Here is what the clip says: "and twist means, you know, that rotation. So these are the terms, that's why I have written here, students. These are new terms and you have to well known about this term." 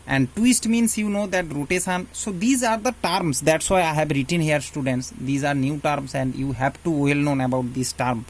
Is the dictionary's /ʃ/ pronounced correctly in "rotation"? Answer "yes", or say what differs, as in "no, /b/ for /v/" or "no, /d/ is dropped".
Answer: no, /s/ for /ʃ/